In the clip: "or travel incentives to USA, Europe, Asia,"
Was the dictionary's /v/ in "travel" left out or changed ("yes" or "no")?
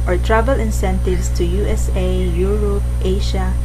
yes